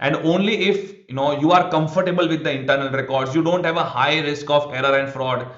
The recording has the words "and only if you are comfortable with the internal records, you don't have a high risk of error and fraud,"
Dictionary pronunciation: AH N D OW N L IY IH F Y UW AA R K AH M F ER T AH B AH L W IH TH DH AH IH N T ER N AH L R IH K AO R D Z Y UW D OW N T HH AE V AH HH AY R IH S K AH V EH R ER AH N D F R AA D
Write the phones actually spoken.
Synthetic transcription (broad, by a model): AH N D OW N L IY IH F Y UW AA R K AH M F ER T AH B AH L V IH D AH IH N T ER N AH L R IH K AO R D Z Y UW D OW N T HH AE V AH HH AY R IH S K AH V EH R ER AH N D F R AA D